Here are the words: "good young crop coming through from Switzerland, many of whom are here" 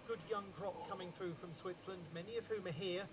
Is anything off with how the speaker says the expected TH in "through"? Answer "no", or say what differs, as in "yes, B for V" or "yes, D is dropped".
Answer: no